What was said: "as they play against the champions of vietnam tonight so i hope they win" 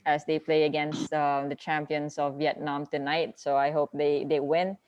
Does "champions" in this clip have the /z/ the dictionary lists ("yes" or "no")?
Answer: no